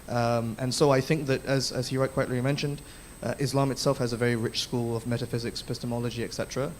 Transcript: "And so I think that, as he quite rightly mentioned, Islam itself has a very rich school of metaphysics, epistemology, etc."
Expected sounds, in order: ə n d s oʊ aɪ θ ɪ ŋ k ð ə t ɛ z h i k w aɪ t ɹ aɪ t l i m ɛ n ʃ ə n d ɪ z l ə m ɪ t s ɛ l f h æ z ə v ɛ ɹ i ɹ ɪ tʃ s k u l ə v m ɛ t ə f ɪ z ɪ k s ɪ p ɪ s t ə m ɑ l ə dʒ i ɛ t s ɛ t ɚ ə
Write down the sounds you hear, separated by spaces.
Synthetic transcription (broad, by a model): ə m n s oʊ aɪ θ ɪ ŋ k ð ə t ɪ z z i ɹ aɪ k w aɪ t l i m ɛ n ʃ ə n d ɪ z l ə m ɪ t s ɛ l f h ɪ z ə v ɛ ɹ i ɹ ɪ tʃ s k u l ə v m ɛ t ə f ɪ z ɪ k s p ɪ s t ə m ɑ l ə dʒ i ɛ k s ɛ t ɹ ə